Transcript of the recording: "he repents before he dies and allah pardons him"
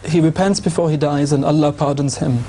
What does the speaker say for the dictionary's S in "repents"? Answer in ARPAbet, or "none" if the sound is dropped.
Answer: S